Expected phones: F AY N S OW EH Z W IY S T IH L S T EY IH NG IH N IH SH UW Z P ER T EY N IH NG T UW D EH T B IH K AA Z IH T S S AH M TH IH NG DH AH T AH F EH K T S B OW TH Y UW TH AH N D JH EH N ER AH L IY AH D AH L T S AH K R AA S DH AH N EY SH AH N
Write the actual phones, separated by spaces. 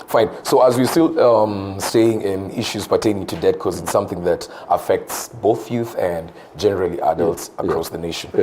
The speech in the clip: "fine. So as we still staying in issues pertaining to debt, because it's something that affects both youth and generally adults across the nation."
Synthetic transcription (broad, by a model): F AY N S OW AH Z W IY S T IH L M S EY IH NG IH IH SH UW Z P ER T EY N IH NG T UW D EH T K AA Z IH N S S AH M TH IH NG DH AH T AH F EH K T S B OW TH Y UW TH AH N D JH EH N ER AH L IY AH D AH L T S AH K R AA S DH AH N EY SH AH N